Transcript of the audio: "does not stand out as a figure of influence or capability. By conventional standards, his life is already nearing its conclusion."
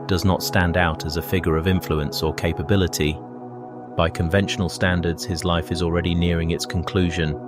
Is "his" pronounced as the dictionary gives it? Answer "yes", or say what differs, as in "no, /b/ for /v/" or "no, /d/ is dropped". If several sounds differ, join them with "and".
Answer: yes